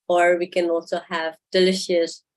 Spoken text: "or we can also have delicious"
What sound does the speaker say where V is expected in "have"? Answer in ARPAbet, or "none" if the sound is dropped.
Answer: V